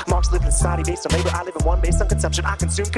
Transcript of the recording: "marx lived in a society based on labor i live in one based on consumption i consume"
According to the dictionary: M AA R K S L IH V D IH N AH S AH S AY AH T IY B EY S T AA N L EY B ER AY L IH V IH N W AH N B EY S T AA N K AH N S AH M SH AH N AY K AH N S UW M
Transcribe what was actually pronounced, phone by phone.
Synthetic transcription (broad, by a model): M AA R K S L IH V IH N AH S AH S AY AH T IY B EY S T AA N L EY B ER AY L IH V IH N W AH N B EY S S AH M K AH N S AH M SH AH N AY K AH N S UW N